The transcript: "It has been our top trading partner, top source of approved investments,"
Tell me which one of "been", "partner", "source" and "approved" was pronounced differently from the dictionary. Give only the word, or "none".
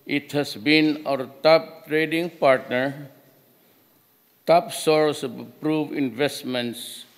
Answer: approved